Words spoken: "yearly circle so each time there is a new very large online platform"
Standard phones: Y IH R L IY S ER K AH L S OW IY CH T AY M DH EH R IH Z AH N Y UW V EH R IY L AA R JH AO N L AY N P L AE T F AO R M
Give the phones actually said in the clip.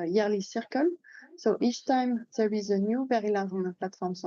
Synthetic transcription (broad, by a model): Y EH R L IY S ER K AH L S OW IY CH T AY M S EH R IH Z AH N Y UW V EH R IY L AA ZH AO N AH P L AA T F AO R M